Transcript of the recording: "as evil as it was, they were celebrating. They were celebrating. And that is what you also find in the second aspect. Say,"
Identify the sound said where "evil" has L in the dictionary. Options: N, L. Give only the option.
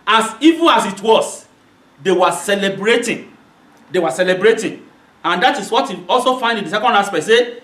N